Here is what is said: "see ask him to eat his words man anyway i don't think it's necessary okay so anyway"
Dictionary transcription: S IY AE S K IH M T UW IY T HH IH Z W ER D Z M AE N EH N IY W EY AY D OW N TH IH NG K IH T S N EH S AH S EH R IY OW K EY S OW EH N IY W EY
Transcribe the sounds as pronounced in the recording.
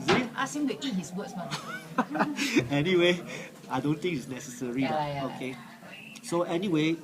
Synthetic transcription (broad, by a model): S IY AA S IH M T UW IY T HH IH S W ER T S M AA EH N IY W EY AY D OW N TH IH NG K IH T S N EH S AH S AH R IY OW K EY S OW EH N IY W EY